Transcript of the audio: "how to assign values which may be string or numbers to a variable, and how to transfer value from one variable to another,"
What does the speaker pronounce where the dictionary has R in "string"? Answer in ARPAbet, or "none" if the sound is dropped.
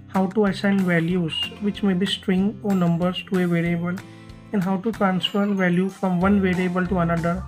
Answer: R